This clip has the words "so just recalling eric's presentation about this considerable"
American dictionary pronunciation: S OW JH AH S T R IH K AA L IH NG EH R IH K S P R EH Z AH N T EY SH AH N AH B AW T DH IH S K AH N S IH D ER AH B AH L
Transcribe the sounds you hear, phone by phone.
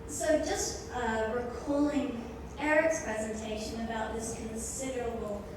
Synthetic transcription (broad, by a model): S OW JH AH S T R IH K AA L IH NG EH R IH K S P R EH Z AH N T EY SH AH N AH B AW T DH IH S K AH N S IH D ER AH B L